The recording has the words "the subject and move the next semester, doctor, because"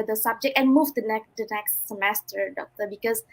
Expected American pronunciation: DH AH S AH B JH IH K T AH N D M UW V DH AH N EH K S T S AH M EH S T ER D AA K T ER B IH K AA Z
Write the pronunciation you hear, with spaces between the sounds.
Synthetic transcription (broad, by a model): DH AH S AH B JH IH K T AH N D M UW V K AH N EH K S T S AH M EH S T ER D AA K T ER B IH K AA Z